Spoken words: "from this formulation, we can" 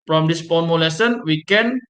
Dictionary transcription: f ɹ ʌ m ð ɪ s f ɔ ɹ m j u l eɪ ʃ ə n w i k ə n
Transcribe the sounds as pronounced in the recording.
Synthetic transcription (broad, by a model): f ɹ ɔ m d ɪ s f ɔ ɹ m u l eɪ s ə n w i k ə n